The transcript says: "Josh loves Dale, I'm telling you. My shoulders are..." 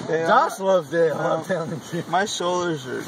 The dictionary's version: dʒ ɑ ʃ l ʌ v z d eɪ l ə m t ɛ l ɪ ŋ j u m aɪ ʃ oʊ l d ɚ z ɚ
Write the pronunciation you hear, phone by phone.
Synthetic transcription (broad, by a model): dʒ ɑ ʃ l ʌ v d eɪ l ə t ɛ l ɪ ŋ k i m aɪ ʃ oʊ l d ɚ z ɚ